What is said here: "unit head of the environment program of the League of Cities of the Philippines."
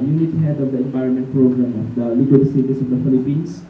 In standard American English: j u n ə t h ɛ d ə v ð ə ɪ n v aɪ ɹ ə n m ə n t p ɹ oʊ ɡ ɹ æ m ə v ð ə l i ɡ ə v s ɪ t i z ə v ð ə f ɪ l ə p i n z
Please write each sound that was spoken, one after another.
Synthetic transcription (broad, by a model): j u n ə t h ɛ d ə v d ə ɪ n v aɪ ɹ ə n m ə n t p ɹ oʊ ɡ ɹ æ m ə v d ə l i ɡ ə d s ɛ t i s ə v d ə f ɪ l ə p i n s